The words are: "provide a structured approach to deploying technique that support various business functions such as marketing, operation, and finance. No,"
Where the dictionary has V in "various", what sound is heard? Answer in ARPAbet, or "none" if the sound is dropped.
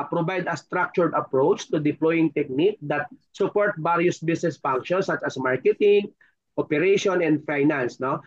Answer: B